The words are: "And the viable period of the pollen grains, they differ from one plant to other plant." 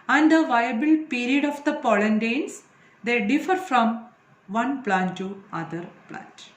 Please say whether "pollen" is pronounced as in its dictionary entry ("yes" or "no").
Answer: yes